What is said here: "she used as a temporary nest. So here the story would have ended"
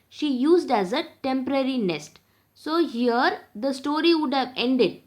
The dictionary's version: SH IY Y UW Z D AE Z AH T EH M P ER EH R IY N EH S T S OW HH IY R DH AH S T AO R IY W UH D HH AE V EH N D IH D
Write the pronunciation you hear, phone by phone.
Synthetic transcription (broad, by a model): SH IY Y UW Z D AE Z AH T EH M P ER EH R IY N EH S T S OW HH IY R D AH S T AO R IY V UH D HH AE V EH N D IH D